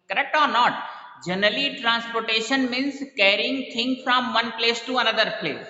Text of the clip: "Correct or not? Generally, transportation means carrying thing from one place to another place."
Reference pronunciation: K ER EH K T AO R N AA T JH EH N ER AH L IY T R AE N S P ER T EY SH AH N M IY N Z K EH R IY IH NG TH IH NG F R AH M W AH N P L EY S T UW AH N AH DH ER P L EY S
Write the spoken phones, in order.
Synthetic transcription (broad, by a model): K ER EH K T AO R N AA T JH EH N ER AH L IY T R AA N S P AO T EY SH AH N M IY N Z K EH R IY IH NG T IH NG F R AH M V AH N P L EY S T UW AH N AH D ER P L EY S